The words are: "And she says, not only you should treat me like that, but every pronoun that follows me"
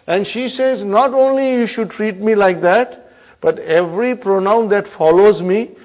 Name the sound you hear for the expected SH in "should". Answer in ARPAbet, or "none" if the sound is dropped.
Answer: SH